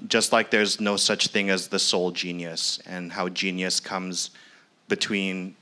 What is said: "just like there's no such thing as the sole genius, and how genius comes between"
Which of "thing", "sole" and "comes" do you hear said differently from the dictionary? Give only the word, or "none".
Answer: none